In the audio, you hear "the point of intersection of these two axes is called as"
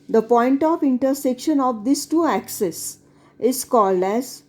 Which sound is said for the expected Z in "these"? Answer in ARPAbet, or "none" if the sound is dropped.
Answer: S